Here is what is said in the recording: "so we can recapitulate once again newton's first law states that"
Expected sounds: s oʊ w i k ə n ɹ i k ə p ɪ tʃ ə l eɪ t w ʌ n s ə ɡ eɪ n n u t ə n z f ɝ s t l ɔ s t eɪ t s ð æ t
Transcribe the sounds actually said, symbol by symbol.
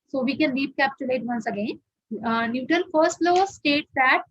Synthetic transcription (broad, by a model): s oʊ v i k ə n l i k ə p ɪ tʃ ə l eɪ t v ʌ n s ə ɡ eɪ n n u t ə n f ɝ s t l ɔ s t eɪ t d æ t